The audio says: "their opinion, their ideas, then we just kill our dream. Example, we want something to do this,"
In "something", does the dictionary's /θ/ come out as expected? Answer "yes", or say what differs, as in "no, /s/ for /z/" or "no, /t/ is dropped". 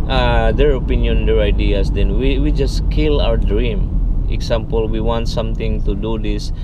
no, /t/ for /θ/